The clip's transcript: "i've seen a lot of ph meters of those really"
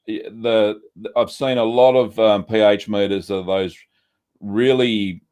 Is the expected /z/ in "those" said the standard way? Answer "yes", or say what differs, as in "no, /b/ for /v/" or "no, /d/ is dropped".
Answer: yes